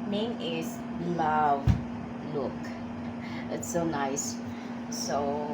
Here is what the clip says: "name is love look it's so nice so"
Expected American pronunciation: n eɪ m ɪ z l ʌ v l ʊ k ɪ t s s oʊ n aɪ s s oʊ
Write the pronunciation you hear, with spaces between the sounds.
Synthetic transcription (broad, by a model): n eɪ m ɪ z l ʌ v l ʊ k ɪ t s s oʊ n aɪ s s oʊ